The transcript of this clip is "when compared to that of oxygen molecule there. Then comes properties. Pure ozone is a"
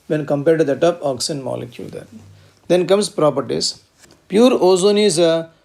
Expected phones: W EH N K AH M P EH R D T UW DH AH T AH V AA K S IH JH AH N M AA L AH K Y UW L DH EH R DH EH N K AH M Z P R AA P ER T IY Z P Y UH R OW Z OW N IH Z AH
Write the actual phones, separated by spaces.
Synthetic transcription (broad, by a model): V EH N K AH M P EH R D T UW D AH T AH P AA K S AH N M AA L AH K Y UW L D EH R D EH N K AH M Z P R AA P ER T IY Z P Y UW R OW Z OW N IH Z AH